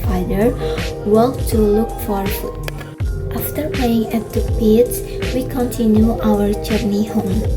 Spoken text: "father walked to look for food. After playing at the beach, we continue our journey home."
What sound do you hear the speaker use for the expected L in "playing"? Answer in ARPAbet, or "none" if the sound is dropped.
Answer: none